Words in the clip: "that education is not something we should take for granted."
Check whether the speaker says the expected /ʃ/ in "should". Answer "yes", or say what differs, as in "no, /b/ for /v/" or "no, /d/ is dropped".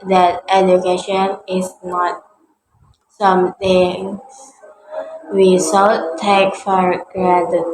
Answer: no, /s/ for /ʃ/